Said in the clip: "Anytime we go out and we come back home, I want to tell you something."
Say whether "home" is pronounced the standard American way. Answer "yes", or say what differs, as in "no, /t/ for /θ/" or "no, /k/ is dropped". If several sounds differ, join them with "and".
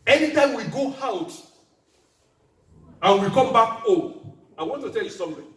no, /m/ is dropped